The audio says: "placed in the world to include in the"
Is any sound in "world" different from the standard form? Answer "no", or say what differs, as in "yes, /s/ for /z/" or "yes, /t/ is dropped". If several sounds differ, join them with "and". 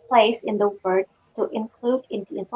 yes, /l/ is dropped